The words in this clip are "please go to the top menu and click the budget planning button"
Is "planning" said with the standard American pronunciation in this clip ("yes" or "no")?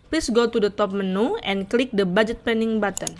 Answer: no